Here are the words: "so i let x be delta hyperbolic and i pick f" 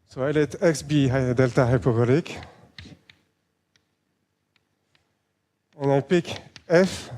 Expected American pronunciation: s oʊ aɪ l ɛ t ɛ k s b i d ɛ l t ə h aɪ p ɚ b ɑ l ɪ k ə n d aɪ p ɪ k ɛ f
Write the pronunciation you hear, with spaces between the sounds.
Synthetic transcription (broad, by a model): s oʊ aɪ l ɛ t ɛ k s b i d ɛ l t ə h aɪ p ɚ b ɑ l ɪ k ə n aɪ p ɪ k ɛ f